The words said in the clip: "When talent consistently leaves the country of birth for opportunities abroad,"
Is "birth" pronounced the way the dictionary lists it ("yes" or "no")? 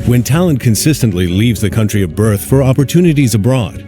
yes